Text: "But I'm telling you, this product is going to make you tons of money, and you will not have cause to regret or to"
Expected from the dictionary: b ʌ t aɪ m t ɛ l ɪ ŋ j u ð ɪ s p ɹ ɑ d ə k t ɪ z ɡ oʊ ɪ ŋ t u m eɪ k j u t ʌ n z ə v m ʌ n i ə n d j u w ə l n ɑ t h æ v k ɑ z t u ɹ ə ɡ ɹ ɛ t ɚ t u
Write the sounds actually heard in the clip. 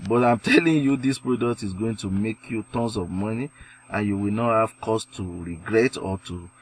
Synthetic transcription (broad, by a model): b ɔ t aɪ m t ɛ l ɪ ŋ j u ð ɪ s p ɹ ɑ d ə k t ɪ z ɡ oʊ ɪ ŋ t u m eɪ k j u t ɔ n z ə v m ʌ n i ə n j u w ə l n ɑ t h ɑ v k ɑ s t u ɹ ə ɡ ɹ ɛ t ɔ t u